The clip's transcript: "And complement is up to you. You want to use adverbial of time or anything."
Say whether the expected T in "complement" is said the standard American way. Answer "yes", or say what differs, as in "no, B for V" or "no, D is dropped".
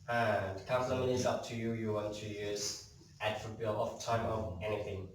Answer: no, T is dropped